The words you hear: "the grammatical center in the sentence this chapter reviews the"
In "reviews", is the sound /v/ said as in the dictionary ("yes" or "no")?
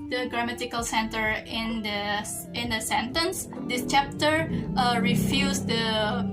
no